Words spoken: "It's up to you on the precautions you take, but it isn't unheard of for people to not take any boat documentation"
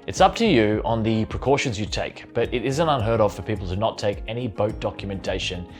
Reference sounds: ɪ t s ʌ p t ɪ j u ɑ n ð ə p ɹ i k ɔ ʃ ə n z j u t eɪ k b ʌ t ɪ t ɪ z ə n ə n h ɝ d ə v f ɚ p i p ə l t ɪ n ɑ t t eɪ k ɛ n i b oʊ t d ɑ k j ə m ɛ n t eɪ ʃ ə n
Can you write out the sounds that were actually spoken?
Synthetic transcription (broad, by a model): ɪ t s ʌ p t ɪ j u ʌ n ð ə p ɹ i k ɔ ʃ ə n z j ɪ t eɪ k b ʌ t ɪ t ɪ z ə n ə n h ɝ d ə v f ɚ p i p l t ɪ n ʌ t t eɪ k ɛ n i b oʊ t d ɑ k j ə m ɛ n t eɪ ʃ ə n